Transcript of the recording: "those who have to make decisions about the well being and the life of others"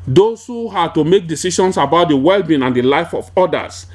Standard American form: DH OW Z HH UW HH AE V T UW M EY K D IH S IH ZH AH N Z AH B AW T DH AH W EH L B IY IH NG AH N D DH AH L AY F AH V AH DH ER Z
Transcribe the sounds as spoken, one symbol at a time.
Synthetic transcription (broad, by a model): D OW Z HH UW HH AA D T UW M EY K D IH S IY SH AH N S AH B AW T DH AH W EH L B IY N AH N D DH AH L AY F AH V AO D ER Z